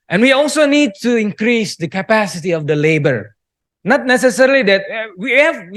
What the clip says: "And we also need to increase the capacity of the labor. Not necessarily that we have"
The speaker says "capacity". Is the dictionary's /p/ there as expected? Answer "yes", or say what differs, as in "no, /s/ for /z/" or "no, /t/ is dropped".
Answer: yes